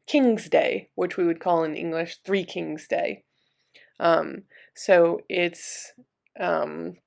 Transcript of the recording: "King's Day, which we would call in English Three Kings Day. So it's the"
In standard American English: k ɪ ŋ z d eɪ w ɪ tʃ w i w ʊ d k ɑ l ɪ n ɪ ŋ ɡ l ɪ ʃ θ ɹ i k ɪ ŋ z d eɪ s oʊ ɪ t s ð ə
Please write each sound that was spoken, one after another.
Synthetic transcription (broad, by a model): k ɪ ŋ z d eɪ w ɪ tʃ w i w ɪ d k ɑ l ɪ n ɪ ŋ ɡ l ɪ ʃ θ ɹ i k ɪ ŋ z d eɪ s oʊ ɪ t s ə